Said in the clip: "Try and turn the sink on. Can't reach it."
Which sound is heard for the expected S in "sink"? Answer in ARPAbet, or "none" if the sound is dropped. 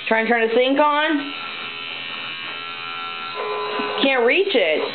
TH